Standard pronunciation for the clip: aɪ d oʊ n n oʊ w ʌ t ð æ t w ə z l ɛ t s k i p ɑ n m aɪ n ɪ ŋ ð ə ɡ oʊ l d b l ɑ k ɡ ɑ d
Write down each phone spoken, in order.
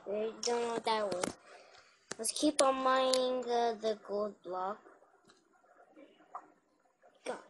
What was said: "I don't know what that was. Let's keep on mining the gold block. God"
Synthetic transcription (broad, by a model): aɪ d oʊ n n oʊ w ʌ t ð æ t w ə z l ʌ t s k i p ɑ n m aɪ ɪ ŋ ð ə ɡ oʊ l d b l ɑ k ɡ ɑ